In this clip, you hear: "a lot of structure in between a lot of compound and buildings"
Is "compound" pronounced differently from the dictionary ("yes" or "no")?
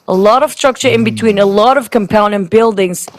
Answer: yes